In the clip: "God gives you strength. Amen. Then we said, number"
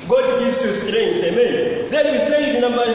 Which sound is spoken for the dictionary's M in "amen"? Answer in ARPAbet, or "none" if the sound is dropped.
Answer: M